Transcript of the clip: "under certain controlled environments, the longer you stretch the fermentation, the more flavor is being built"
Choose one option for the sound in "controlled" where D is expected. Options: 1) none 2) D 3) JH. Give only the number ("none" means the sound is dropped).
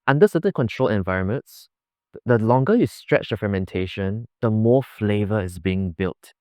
1